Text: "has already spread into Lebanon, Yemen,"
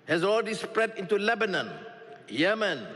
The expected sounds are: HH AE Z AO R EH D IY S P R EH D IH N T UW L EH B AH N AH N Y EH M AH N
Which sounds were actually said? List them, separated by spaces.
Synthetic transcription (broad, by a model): HH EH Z AO L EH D IY S P R EH D IH N T UW L EH B AH N AH N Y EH M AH N